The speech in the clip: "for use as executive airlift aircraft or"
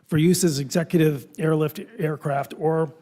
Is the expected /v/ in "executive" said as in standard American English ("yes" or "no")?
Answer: yes